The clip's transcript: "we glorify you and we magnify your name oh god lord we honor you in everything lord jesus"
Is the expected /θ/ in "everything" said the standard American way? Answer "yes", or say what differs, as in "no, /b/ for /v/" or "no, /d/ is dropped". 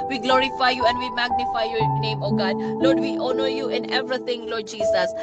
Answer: no, /t/ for /θ/